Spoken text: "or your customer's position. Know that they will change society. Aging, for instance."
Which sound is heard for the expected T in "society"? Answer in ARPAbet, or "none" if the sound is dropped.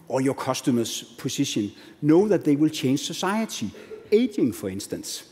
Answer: S